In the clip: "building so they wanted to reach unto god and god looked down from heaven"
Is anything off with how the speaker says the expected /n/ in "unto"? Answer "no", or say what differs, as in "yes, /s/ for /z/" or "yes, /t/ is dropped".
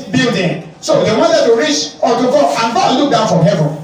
yes, /n/ is dropped